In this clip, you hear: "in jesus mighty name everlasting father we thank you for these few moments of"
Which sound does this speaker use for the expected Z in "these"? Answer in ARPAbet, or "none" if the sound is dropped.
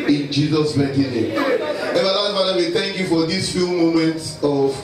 S